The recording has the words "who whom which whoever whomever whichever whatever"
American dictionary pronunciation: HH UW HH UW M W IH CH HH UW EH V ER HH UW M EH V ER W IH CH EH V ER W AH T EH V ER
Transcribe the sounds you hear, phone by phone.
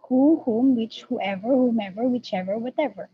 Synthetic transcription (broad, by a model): HH UW HH UW M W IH CH HH UW EH V ER HH UW M EH V ER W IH CH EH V ER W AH T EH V ER